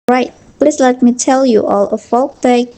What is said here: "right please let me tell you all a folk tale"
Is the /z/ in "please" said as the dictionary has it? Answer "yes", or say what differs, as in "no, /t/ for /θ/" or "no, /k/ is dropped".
no, /s/ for /z/